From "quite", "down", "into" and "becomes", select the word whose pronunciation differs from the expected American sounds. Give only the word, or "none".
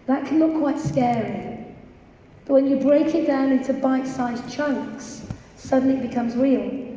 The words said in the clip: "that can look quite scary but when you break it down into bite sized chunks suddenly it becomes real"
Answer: none